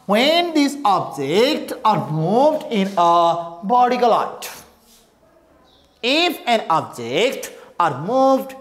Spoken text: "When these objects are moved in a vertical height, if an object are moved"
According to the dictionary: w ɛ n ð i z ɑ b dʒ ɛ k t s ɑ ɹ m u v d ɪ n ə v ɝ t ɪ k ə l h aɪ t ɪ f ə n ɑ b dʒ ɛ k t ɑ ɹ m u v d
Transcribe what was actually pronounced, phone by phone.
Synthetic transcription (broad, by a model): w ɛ n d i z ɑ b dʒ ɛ k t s ɑ ɹ m u v d ɪ n ə b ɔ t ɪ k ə l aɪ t ɪ f ə n ɑ b dʒ ɛ k t ɑ ɹ m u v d